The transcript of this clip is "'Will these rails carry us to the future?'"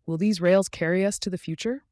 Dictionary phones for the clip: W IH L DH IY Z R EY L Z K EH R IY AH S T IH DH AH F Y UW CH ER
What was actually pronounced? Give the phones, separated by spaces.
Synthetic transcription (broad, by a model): W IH L DH IY Z R EY L Z K EH R IY AH S T IH DH AH F Y UW CH ER